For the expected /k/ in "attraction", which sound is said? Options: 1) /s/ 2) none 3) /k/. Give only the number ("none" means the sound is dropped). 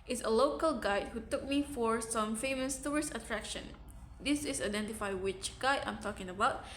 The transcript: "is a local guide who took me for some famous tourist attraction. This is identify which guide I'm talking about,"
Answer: 3